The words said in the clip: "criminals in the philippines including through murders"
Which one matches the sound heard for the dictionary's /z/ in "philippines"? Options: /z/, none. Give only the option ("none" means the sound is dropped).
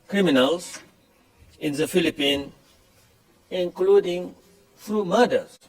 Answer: none